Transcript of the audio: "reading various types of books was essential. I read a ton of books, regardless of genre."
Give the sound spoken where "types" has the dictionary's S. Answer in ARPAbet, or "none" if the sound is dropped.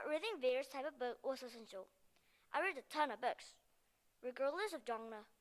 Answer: none